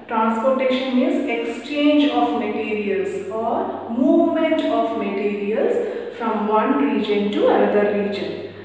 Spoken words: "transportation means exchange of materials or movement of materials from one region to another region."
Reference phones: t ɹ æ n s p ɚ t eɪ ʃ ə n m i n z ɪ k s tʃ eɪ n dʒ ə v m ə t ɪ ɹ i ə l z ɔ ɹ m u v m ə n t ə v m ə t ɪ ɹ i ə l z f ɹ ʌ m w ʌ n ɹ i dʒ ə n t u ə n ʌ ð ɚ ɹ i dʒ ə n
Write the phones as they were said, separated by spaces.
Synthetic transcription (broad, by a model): t ɹ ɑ n s p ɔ t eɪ ʃ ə n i z ɪ k s tʃ eɪ n dʒ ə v m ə t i ɹ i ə l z ɔ ɹ m u v m ə n t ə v m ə t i ɹ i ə l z f ɹ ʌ m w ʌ n ɹ i dʒ ə n t u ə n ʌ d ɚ ɹ i dʒ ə n